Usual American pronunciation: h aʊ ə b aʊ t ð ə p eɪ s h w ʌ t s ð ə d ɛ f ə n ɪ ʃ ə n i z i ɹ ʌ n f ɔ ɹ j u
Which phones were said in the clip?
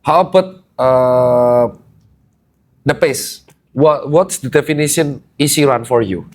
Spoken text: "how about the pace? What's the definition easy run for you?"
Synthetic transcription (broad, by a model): h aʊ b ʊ t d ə p eɪ s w w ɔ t s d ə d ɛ f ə n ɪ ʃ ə n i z i ɹ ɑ n f ɔ ɹ j u